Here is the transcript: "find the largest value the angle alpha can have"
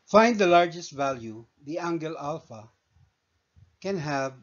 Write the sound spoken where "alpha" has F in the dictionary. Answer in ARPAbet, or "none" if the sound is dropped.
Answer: F